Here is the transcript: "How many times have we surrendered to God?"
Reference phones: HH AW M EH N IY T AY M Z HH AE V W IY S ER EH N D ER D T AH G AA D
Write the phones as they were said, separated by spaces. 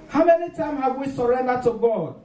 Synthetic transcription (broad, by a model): HH AW M EH N IY T AY M HH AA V W IY S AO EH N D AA T AH G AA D